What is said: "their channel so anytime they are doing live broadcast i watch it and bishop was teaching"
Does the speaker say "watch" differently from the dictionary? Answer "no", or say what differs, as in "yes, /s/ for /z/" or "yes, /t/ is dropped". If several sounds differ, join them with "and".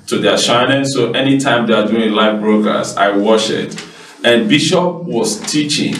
yes, /ʃ/ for /tʃ/